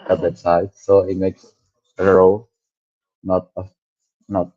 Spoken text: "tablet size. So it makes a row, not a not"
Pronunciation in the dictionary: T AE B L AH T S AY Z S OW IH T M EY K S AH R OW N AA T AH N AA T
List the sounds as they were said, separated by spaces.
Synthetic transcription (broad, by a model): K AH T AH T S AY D S OW IH T M EY K S AH R OW N AA T AH N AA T